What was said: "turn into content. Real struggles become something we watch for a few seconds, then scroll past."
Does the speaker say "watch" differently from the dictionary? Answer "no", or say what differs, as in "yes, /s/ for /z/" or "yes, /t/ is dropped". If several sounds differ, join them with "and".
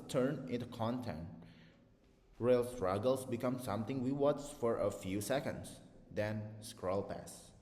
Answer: yes, /s/ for /tʃ/